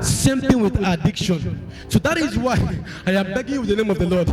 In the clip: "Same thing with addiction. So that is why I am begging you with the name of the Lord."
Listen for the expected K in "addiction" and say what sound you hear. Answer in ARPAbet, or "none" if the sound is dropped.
K